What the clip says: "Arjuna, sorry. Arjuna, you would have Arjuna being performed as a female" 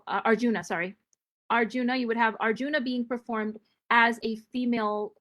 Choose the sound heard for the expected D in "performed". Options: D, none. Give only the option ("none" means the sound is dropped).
D